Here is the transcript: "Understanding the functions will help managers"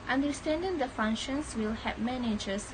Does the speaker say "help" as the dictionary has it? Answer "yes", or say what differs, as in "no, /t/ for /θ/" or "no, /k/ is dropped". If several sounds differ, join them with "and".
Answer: no, /l/ is dropped